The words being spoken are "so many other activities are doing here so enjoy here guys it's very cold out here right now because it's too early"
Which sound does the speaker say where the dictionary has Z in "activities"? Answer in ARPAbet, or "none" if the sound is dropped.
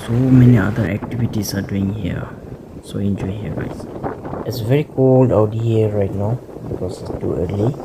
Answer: S